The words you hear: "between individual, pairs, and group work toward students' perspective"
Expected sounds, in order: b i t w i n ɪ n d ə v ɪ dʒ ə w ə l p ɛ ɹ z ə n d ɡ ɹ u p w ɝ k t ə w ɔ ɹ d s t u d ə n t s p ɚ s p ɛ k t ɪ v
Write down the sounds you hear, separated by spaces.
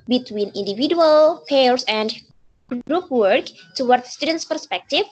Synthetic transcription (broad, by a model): b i t w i n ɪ n d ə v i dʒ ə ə l p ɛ ɹ s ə n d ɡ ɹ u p w ɝ k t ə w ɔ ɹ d s t u d ə n t s p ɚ s p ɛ k t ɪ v